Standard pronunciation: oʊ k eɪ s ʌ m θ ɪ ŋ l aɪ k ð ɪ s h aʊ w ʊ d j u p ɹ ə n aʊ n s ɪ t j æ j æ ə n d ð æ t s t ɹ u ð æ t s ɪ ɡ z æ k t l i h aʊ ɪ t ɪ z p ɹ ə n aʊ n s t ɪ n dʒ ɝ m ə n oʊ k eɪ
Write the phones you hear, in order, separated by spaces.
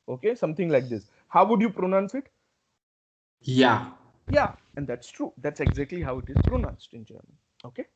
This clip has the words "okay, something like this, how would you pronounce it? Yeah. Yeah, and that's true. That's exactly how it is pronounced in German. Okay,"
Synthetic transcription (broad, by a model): oʊ k eɪ s ʌ m t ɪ ŋ l aɪ k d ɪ s h aʊ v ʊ d j u p ɹ ə n aʊ n s ɪ t j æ j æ ə n d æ t s t ɹ u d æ t s ɪ ɡ z æ k t l i h aʊ ɪ t ɪ z p ɹ ə n aʊ n s t ɪ n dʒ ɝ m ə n oʊ k eɪ